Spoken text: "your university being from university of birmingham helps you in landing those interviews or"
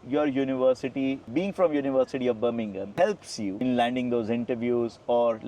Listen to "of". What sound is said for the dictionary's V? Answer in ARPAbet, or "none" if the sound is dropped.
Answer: V